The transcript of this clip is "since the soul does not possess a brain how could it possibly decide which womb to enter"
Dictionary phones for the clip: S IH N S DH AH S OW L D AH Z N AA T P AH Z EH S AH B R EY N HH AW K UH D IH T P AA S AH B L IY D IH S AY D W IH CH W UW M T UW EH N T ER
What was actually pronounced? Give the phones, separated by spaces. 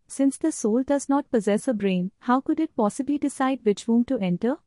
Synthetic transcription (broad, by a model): S IH N S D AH S OW L D AH Z N AA T P AH Z EH S AH B R EY N HH AW K UH D IH T P AA S AH B L IY D IH S AY D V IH CH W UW M T UW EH N T ER